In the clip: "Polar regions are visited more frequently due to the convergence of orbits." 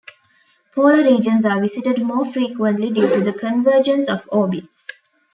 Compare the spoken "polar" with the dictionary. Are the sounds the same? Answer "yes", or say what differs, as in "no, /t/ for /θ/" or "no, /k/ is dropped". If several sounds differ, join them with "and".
no, /l/ is dropped